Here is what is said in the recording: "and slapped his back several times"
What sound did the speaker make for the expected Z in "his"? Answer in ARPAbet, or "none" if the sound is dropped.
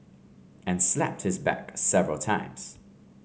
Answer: Z